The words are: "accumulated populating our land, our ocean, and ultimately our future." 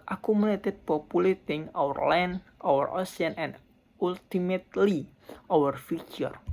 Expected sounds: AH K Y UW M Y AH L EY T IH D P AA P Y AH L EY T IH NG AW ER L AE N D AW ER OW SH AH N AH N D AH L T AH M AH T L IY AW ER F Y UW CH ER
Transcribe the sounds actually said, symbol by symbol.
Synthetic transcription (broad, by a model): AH K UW M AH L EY T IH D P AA P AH L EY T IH NG AW ER L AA N AW ER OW S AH N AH N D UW L T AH M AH T L IY AW ER F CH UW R